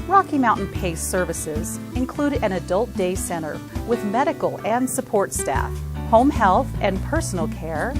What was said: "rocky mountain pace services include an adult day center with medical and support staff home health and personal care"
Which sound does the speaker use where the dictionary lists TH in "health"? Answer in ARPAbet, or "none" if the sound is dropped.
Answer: TH